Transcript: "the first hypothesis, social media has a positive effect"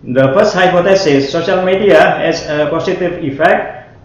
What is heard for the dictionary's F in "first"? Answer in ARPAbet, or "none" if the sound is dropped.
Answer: P